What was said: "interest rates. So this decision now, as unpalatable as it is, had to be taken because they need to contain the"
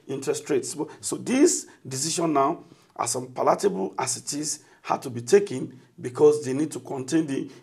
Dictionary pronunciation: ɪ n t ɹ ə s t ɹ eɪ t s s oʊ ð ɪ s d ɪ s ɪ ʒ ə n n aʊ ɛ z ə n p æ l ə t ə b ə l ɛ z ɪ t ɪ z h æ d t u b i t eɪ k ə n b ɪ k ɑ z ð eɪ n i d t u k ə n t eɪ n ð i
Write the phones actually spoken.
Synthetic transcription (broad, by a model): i n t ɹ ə s t ɹ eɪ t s s oʊ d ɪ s d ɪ s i ʃ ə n n aʊ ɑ s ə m p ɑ l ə t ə b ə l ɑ s ɪ t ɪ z h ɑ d t u b i t eɪ k ə n b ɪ k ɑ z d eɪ n i d t u k ə n t eɪ n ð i